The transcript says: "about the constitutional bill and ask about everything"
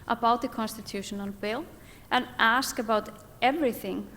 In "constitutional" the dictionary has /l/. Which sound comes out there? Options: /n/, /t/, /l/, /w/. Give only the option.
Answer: /n/